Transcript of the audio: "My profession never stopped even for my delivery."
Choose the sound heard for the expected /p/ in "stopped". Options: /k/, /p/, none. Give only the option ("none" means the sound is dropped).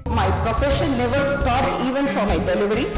none